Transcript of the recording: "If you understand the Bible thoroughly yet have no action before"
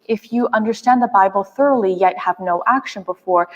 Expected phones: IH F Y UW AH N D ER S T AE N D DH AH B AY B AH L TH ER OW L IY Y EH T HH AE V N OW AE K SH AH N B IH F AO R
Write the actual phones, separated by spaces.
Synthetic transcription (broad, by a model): IH F Y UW AH N D ER S T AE N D DH AH B AY B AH L TH ER OW L IY Y EH T HH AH V N OW AE K SH AH N B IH F AO R